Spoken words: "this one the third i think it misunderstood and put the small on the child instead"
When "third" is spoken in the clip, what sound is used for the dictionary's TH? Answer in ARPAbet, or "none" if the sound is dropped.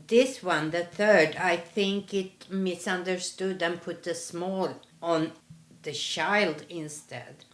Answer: TH